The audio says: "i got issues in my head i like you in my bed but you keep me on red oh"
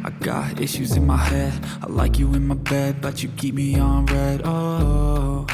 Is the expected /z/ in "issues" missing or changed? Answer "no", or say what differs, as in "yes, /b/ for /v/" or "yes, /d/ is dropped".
no